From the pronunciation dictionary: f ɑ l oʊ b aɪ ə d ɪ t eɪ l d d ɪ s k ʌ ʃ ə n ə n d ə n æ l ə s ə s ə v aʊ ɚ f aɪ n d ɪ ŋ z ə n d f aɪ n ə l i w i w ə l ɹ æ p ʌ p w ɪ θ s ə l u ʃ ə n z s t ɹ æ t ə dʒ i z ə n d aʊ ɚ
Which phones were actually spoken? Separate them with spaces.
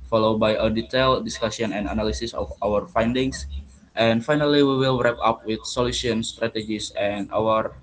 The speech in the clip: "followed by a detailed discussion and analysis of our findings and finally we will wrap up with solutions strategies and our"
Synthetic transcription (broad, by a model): f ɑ l oʊ b aɪ ə d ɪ t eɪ l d d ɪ s k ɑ s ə n ə n d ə n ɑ l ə s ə s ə f aʊ ɚ f aɪ n d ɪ ŋ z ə n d f aɪ n ə l i w i w ə l ɹ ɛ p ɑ p w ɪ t s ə l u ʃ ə n s t ɹ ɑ t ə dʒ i s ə n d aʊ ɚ